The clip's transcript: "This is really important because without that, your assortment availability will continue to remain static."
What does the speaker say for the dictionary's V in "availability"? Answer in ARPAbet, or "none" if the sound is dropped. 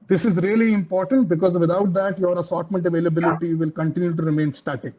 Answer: V